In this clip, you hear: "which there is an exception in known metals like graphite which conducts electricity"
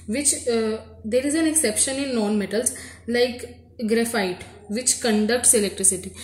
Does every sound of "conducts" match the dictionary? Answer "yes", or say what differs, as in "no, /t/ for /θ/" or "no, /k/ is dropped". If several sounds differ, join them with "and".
yes